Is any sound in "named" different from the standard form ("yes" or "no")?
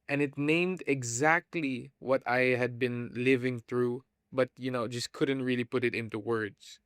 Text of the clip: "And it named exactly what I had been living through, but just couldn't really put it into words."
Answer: no